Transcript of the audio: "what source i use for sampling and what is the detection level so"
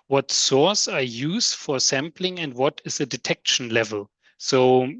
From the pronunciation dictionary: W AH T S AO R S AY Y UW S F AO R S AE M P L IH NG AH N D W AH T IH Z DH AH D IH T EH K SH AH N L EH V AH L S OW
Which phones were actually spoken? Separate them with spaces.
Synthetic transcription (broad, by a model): W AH T S AO R S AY Y UW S F AO R S AE M P L IH NG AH N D W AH T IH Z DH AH D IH T EH K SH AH N L EH V AH L S OW